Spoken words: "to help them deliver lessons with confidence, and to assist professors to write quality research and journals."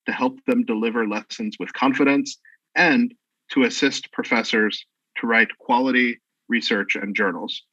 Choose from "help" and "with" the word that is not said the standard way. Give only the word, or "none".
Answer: none